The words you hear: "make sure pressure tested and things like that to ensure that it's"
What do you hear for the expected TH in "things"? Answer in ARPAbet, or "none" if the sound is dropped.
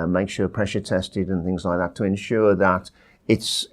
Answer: TH